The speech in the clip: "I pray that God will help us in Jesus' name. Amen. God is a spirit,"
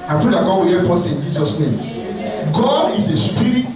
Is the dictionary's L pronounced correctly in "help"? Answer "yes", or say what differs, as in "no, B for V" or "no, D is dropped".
no, L is dropped